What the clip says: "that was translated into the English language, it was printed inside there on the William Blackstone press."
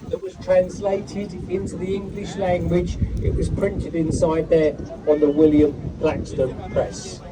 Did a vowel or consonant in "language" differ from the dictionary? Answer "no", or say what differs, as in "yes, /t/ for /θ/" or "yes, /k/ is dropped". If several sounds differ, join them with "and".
no